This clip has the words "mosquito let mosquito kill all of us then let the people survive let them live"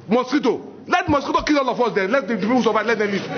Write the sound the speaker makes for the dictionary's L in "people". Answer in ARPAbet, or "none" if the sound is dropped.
W